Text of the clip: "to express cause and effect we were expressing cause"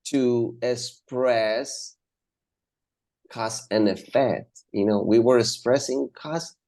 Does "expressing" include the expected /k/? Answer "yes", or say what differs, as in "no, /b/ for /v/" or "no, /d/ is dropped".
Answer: yes